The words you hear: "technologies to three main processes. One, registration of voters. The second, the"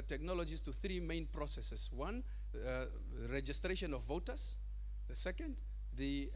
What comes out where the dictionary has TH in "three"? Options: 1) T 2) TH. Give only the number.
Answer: 2